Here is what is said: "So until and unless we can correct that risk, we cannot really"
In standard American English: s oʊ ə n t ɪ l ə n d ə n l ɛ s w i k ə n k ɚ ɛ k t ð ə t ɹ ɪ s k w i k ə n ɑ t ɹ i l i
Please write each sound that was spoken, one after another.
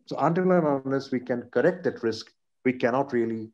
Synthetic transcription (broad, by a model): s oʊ ə n t ɪ l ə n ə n ɛ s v i k ə n k ɚ ɛ k t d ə t ɹ ɪ s k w i k ə n ɑ t ɹ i l i